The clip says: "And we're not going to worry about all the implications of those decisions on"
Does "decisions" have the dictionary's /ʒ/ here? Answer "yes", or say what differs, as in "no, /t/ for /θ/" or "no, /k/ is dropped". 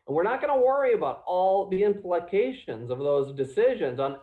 yes